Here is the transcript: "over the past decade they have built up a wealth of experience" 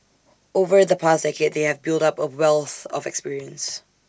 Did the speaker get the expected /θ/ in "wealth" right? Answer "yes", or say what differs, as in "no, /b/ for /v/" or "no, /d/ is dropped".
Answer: yes